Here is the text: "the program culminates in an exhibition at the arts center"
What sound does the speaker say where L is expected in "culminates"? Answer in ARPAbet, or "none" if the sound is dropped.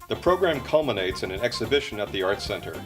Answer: L